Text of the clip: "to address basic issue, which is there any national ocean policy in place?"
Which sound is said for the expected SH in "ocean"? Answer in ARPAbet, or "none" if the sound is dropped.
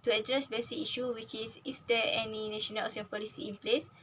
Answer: S